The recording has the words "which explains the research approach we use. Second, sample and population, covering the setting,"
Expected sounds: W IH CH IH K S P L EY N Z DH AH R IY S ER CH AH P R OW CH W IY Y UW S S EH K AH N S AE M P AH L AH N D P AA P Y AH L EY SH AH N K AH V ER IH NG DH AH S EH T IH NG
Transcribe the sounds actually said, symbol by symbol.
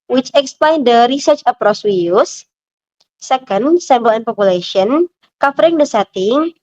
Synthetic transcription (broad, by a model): W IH CH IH K S P L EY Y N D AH R IY S ER CH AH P R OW S W IY Y UW S S EH K AH N S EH M B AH L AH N P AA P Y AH L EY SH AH N K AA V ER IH NG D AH S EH T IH NG